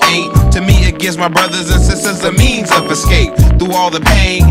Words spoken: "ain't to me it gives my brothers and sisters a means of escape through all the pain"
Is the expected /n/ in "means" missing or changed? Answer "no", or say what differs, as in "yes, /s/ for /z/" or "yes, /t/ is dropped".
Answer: no